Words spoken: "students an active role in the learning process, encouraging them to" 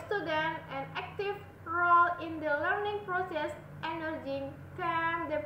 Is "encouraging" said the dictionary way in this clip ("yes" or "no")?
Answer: no